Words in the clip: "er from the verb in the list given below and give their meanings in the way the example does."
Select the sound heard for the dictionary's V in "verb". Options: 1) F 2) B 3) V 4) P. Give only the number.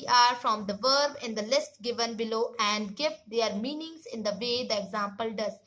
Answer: 3